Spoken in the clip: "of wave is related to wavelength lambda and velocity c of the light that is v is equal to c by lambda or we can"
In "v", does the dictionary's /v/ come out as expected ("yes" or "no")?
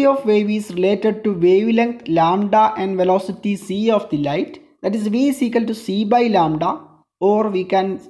yes